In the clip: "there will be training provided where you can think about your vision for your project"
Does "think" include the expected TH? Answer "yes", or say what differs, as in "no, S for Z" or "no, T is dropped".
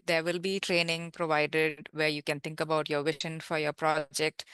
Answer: no, T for TH